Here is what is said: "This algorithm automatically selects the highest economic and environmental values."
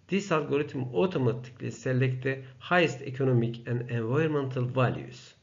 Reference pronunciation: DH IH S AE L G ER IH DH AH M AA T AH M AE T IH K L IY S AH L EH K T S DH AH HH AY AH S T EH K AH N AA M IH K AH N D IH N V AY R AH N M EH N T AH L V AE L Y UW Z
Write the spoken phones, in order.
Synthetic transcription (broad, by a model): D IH S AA L G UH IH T M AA T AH M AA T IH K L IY S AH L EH K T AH HH AY AH S T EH K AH N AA M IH K AH N D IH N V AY AH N M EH N T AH L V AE L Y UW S